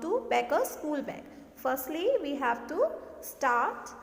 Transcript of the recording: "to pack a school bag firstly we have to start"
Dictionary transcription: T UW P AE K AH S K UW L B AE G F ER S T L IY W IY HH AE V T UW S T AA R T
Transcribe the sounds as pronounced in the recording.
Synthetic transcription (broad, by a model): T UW B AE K AH S K UW L B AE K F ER S T L IY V IY HH AE V T UW S T AA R T